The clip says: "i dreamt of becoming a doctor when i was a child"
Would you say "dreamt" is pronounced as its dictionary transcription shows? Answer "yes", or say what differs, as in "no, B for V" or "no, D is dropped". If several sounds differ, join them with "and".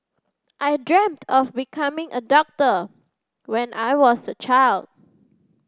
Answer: yes